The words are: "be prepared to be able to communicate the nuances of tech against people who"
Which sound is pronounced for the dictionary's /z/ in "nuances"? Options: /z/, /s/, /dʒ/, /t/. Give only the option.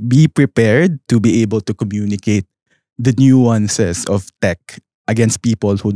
/s/